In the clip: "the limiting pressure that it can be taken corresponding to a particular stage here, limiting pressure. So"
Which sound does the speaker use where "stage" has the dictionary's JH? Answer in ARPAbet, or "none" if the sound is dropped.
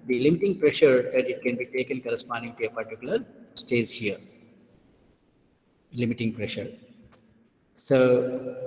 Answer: Z